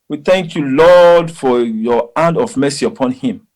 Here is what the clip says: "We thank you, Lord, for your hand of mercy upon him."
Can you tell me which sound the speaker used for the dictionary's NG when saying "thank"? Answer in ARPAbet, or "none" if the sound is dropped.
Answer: NG